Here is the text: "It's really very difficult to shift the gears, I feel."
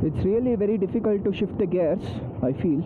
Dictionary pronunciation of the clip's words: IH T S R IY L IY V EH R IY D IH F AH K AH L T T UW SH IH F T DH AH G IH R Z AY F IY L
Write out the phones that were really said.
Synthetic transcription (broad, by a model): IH T S R IY L IY V EH R IY D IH F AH K AH L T T UW SH IH F T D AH G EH R S AY F IY L